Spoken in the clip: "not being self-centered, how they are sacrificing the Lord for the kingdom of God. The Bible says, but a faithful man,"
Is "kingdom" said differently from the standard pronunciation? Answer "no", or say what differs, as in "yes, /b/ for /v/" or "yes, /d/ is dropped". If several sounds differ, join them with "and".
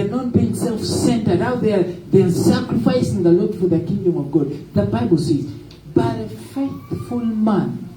no